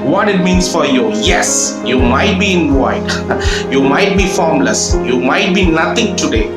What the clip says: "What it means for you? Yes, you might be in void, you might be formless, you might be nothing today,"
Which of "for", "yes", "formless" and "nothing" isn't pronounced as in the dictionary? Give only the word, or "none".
nothing